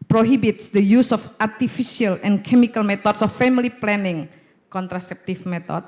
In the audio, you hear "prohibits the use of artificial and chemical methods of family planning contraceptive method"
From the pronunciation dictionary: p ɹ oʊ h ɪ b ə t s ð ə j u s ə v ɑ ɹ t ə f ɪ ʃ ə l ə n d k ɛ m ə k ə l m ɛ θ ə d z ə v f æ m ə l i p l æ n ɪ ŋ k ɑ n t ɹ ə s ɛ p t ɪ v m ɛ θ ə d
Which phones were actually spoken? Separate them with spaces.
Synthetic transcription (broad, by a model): p ɹ oʊ h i b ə t s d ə j u s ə f ɑ ɹ t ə f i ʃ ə l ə n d k ɛ m ə k ə l m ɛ t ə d s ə f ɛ m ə l i p l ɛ n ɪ ŋ k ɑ n t ɹ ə s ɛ p t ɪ f m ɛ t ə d